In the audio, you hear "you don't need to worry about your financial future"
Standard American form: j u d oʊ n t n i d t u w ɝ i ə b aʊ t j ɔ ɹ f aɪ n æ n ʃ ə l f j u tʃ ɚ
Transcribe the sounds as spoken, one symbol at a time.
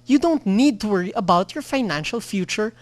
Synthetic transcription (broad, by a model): j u d oʊ n t n i d t u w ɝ i ə b aʊ t j ɔ ɹ f aɪ n æ n ʃ ə l f j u tʃ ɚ